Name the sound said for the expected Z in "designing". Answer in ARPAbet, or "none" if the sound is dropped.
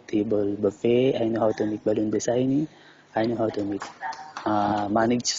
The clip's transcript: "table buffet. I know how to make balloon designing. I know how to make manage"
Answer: S